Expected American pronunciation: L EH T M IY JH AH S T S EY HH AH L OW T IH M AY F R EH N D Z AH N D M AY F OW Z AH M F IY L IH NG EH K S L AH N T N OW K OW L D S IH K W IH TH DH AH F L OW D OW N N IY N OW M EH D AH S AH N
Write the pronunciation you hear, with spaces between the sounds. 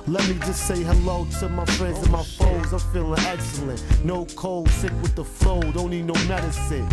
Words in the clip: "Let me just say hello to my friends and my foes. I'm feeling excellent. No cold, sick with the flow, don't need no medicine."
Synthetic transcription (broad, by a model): L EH T M IY JH AH S T S EY HH AH L OW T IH M AY F R EH N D Z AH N M AY F OW Z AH F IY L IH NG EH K S L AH N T N OW K OW L D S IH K W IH DH AH F L OW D OW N N IY N OW M EH D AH S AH N